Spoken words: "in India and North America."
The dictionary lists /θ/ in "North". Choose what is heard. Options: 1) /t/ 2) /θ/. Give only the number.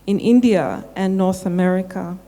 2